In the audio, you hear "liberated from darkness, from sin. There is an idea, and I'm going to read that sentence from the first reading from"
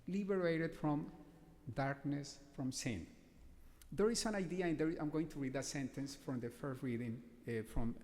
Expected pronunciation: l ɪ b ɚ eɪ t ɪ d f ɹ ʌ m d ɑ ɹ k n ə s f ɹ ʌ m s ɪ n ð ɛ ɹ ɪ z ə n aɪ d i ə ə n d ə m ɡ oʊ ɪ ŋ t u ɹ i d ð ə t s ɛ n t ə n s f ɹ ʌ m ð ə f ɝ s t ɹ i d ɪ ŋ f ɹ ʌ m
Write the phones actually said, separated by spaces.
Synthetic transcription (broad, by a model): l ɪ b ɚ eɪ t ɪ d f ɹ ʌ m d ɑ ɹ k n ə s f ɹ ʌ m s ɪ n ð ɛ ɹ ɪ s ə n aɪ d i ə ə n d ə m ɡ oʊ ɪ ŋ t u ɹ i d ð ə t s ɛ n t ə n s f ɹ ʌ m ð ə f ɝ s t ɹ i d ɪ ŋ f ɹ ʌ m